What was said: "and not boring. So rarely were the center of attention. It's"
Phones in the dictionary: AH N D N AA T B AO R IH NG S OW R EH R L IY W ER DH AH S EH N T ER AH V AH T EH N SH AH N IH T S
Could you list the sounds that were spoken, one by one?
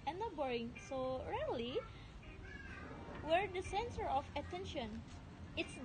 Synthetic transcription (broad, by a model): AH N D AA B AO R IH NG S OW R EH L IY W ER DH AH S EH N S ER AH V AH T EH N SH AH N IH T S